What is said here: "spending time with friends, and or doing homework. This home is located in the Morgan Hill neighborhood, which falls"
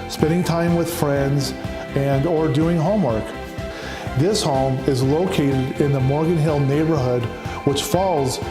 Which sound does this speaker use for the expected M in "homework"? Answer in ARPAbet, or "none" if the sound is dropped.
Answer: M